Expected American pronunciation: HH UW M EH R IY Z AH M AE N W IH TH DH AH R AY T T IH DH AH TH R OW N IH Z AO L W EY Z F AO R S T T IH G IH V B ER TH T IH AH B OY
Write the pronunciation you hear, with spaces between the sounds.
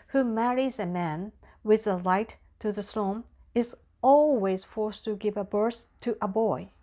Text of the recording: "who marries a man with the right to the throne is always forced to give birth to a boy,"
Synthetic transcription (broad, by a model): HH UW M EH R IY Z AH M AE N W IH DH AH L AY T T IH DH AH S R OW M IH Z AO L W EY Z F AO R S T T IH G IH V B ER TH T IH AH B OY